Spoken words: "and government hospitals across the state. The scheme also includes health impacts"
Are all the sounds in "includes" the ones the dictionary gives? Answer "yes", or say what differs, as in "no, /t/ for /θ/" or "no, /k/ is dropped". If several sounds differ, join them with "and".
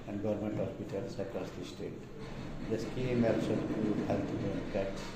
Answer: no, /l/ is dropped and /z/ is dropped